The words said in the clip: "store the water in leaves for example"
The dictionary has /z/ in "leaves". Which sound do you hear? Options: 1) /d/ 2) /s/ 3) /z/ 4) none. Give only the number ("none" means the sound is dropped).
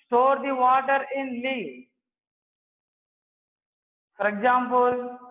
4